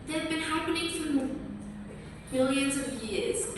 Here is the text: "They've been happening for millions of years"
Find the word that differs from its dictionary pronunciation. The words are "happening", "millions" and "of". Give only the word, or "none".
none